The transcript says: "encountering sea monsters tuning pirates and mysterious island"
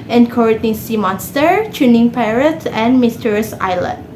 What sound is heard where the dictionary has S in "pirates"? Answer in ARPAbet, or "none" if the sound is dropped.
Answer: none